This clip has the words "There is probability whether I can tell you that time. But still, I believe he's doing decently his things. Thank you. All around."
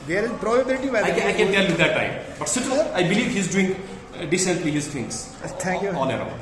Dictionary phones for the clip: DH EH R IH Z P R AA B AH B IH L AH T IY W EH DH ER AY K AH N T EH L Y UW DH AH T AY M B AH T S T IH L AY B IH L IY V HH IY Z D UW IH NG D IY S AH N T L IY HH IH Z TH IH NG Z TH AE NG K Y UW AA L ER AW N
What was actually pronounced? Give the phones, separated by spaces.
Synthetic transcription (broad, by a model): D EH R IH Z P R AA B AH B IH L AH T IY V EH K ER AY K AH N T EH L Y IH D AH T AY M B AH T S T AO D AY B IH L IY V HH IY Z D UW IH NG D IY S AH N T L IY HH IH Z T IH NG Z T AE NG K Y UW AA N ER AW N